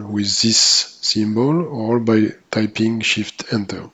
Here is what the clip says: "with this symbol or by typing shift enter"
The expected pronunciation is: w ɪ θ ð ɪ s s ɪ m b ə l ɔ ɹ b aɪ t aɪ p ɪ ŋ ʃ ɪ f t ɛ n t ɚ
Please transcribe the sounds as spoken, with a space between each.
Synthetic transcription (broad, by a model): w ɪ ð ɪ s s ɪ m b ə l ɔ l b aɪ t aɪ p ɪ ŋ ʃ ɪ f t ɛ n t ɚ